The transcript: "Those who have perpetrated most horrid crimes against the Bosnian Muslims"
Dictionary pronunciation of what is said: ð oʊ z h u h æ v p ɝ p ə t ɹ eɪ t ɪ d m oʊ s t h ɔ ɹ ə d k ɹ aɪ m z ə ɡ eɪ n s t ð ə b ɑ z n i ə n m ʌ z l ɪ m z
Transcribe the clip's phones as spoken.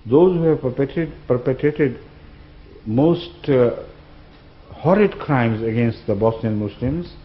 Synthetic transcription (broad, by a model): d oʊ z h u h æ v p ɝ p ə t ɹ eɪ t ɪ d m oʊ s t h ɔ ɹ ə d k ɹ aɪ m z ə ɡ eɪ n s t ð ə b ɑ s n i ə n m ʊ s l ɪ m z